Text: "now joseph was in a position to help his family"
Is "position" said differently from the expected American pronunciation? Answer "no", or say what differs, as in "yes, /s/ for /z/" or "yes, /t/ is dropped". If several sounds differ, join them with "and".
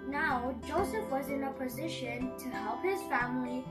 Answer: no